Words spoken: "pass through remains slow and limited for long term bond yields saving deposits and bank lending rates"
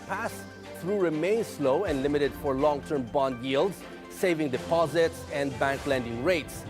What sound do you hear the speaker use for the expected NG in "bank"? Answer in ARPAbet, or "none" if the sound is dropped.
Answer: NG